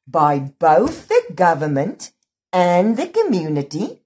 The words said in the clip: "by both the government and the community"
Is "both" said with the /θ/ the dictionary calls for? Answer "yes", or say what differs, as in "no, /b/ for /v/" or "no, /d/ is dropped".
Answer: yes